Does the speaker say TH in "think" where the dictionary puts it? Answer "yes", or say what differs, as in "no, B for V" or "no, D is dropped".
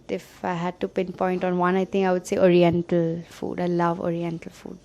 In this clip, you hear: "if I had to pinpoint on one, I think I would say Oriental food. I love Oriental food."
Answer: no, T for TH